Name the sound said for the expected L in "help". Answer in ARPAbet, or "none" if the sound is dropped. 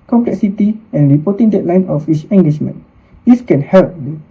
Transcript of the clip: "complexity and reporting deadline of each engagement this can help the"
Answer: L